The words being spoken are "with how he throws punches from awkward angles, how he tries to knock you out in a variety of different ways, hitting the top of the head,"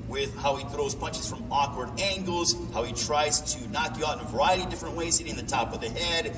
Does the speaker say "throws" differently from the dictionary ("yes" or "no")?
no